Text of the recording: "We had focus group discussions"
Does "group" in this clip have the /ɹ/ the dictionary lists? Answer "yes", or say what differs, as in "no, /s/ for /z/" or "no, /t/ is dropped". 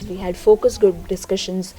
no, /ɹ/ is dropped